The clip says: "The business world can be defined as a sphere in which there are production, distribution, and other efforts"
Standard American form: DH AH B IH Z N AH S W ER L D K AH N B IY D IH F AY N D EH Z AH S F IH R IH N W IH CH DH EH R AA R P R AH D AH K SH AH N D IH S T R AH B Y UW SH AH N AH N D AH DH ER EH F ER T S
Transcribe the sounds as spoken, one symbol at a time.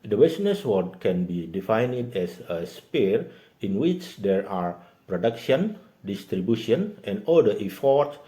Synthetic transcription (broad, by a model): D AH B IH S N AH S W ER D K AH N B IY D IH F AY N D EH S AH S P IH R IH N W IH CH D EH R AA R P R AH D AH K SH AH N D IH S T R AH B Y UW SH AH N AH N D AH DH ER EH F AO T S